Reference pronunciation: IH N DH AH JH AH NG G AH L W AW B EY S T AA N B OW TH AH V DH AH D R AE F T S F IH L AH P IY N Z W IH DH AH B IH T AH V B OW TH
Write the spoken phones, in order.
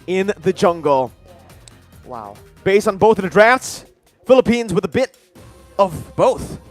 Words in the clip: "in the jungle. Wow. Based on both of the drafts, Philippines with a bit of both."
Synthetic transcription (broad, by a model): IH N DH AH JH AH NG G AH L W AW B EY S T N B OW TH AH V DH AH D R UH F T S F IH L AH P IY N Z W IH DH AH B IH T AH V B OW TH